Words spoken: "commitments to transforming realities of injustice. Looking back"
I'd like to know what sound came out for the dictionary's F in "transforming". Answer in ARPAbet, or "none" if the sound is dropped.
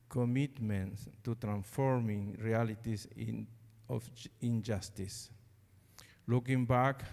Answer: F